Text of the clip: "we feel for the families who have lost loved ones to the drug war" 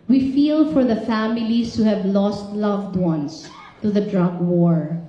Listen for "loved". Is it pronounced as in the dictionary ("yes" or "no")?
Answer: yes